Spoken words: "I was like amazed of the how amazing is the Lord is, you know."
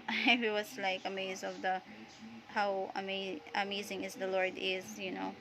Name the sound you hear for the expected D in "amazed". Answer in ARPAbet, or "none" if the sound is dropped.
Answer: none